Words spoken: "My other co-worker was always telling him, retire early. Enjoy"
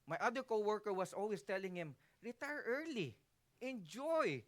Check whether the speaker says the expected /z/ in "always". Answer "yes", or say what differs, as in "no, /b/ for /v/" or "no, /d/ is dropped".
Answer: no, /s/ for /z/